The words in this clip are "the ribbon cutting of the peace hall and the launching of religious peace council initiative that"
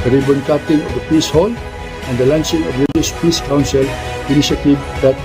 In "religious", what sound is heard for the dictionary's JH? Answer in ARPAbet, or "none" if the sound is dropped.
none